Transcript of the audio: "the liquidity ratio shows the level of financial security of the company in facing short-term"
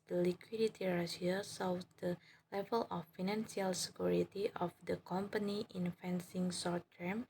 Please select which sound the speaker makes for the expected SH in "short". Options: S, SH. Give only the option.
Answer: S